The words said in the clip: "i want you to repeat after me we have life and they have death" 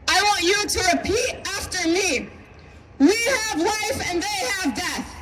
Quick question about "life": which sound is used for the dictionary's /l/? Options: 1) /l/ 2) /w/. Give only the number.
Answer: 2